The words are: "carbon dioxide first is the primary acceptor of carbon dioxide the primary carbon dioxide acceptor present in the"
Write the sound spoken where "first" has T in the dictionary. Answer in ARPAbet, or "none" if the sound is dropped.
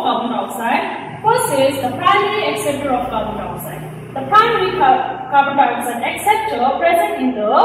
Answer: none